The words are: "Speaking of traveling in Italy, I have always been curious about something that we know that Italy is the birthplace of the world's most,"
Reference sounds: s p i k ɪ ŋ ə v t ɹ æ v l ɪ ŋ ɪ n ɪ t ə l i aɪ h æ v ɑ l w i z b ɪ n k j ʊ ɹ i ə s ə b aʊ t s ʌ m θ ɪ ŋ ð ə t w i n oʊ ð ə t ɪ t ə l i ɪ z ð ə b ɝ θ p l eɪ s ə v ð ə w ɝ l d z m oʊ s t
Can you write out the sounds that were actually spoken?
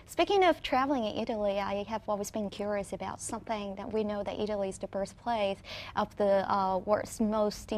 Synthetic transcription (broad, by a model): s p i k ɪ ŋ ə v t ɹ æ v l ɪ ŋ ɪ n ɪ t l i aɪ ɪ v ɑ l w i z b ɪ n k j ʊ ɹ i ə s ə b aʊ t s ʌ m θ ɪ ŋ ð ə t w i n oʊ ð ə t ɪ t l i z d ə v ɝ s p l eɪ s ə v ð ə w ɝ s m oʊ s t